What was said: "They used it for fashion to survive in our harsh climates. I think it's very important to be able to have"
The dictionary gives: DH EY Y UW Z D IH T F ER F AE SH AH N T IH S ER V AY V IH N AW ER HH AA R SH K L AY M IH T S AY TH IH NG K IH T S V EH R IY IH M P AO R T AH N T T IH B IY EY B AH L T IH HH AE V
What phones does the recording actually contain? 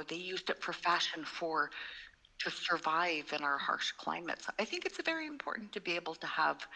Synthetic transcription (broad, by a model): DH EY Y UW Z D IH T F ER F AE SH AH N T IH S ER V AY V IH N AW ER HH AA R SH K L AY M IH T S AY TH IH NG K IH T S V EH R IY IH M P AO R T N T T IH B IY EY B L T IH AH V